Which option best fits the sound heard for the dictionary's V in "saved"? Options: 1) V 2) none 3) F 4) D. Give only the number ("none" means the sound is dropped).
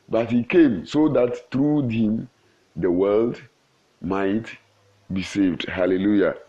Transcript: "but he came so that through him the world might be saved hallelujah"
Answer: 1